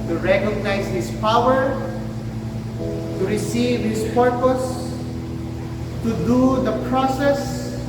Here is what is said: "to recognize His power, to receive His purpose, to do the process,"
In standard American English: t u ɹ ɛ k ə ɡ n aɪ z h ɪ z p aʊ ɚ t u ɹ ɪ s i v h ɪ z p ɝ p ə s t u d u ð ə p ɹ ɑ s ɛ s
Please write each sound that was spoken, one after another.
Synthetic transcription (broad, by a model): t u ɹ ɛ k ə ɡ n aɪ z h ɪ s p aʊ ɚ t u ɹ ɪ s i v h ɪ s p ɝ p ə s t u d u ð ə p ɹ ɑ s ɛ s